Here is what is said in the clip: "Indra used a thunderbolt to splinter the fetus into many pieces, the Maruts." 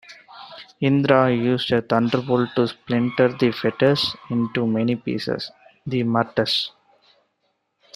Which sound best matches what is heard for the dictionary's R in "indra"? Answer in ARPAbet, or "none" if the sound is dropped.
R